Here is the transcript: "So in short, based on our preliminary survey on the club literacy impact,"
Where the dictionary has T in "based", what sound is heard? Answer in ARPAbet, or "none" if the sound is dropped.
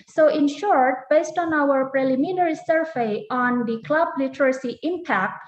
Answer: T